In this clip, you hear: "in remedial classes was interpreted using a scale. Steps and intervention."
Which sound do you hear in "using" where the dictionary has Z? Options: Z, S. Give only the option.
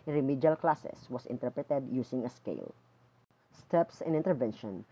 S